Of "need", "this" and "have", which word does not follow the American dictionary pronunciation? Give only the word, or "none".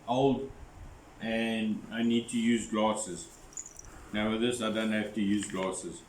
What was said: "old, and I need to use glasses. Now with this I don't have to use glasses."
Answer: have